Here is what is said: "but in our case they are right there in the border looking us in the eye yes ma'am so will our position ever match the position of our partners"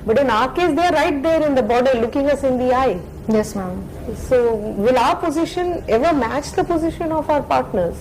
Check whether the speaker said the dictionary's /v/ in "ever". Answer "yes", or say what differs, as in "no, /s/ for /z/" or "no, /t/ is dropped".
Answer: yes